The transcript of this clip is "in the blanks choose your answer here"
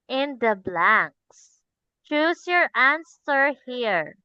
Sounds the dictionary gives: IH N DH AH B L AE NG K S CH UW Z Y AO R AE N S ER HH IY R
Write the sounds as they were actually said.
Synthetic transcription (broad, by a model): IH N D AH B L AE NG K S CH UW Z Y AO R AE N S ER HH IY R